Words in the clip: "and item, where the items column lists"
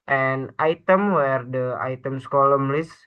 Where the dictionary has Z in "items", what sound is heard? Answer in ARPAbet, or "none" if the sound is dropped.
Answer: S